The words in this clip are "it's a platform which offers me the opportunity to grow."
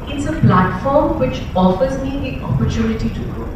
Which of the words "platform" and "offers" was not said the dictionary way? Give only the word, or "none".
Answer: none